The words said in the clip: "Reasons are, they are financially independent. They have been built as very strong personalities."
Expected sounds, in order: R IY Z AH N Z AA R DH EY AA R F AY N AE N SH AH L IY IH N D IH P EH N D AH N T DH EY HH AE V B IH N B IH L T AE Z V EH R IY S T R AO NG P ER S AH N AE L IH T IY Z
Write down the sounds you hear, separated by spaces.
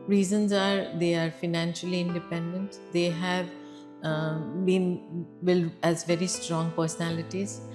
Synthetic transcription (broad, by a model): R IY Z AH N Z AA R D EY AA R F AY N AE N SH AH L IY IH N D IH P EH N D AH N T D EY HH AE V B IH N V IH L AE Z V EH R IY S T R AO NG P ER S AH N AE L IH T IY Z